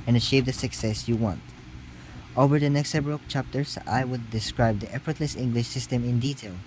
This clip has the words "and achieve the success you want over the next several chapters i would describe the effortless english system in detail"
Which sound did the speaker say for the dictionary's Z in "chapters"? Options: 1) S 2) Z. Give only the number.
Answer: 1